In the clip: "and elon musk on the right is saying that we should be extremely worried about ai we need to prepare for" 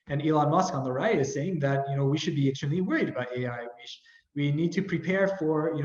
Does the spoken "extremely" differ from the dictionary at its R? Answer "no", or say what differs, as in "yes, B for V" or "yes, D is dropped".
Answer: yes, R is dropped